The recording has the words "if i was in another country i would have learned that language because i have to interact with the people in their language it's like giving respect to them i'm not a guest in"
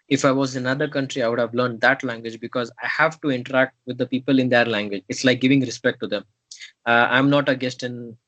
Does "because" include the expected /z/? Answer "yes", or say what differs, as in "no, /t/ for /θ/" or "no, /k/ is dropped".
yes